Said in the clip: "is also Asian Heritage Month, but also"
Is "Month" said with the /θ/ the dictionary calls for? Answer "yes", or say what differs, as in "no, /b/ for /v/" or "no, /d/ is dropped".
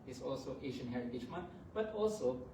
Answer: no, /t/ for /θ/